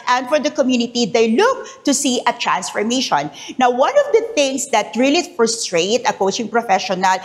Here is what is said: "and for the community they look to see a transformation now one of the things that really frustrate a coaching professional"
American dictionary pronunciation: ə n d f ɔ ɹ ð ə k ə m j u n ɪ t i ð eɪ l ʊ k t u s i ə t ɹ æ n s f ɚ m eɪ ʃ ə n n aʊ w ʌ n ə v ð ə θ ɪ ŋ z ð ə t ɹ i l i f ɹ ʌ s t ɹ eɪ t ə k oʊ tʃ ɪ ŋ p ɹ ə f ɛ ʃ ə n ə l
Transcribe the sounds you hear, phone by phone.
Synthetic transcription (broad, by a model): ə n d f ɔ ɹ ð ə k ə m j u n ɪ t i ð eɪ l ʊ k t u s i ə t ɹ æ n s f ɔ m eɪ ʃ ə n n aʊ w ʌ n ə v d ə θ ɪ ŋ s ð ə t ɹ i l i f ɹ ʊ s t ɹ eɪ t ə k oʊ tʃ ɪ ŋ p ɹ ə f ɛ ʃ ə n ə l